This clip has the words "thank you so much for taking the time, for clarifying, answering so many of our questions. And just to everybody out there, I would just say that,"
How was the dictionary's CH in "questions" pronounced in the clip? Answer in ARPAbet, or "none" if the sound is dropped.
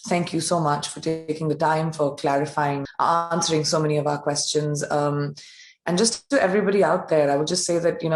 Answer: CH